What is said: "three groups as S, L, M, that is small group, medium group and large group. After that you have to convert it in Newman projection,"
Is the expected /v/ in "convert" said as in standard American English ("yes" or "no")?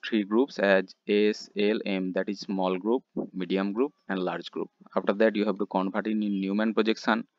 no